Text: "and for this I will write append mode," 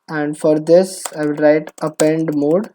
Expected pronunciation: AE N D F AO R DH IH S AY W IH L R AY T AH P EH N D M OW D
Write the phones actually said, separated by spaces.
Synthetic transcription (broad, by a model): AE N D F AO R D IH S AY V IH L R AY T AH P EH N D M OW D